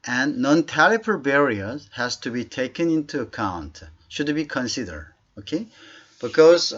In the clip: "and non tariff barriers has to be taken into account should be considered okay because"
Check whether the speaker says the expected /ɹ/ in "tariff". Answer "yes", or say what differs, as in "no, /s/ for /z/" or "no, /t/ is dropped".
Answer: no, /l/ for /ɹ/